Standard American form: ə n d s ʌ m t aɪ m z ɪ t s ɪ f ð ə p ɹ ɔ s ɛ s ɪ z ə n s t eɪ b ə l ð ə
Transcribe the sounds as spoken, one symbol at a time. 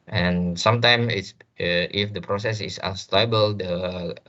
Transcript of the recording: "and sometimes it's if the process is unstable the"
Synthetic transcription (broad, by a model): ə n s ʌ m t aɪ m ɪ t s ɪ f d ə p ɹ ɔ s ɛ s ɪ s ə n s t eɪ b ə l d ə